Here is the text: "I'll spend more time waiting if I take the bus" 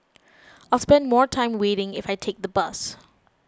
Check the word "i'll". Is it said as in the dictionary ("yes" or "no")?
yes